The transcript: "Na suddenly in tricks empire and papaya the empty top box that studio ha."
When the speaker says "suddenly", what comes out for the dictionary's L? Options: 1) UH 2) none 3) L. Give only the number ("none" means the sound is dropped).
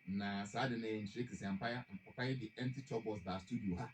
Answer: 2